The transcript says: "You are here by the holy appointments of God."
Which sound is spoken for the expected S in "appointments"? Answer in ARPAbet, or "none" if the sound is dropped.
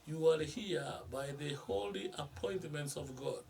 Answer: S